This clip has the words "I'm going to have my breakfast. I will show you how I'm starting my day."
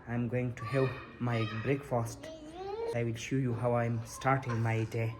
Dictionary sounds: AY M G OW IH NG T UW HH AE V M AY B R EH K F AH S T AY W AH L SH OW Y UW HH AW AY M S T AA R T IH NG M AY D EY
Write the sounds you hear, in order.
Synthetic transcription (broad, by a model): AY M G OW IH NG T UW HH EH P M AY B R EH K F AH S T AY W AH L SH OW Y UW HH AW AY M S T AA R T IH NG M AY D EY